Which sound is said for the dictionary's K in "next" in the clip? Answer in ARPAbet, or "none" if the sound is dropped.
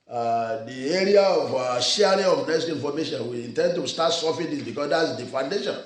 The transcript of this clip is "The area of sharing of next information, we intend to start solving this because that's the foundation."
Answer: none